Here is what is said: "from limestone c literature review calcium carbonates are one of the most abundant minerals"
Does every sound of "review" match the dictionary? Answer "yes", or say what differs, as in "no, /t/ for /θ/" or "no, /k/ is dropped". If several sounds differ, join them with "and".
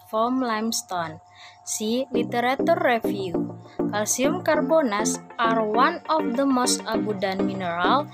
no, /f/ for /v/